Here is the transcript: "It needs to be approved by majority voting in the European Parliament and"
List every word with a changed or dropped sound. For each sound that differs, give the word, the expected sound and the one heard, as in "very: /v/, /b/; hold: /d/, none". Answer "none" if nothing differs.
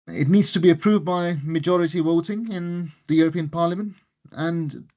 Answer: voting: /v/, /w/